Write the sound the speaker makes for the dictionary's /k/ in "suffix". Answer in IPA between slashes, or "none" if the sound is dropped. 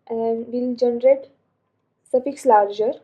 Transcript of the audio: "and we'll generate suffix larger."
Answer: /k/